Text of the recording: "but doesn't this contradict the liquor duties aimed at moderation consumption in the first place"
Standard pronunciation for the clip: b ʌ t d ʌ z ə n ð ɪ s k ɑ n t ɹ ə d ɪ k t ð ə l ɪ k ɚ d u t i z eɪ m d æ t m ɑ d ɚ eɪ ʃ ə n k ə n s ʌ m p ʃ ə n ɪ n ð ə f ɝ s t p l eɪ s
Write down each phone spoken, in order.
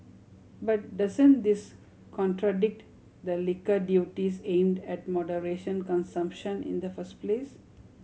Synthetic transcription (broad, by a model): b ʌ t d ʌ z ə n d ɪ s k ɑ n t ɹ ə d ɪ k t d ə l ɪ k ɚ d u t i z eɪ m d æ t m ɑ d ɚ eɪ ʃ ə n k ə n s ʌ m p ʃ ə n ɪ n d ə f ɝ s t p l eɪ s